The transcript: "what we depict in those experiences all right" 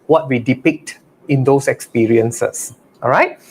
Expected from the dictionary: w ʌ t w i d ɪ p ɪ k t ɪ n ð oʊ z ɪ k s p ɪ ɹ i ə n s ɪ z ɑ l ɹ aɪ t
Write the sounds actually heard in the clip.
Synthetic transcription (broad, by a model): w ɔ t w i d ɪ p ɪ k t ɪ n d oʊ s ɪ k s p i ɹ i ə n s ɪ s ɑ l ɹ aɪ t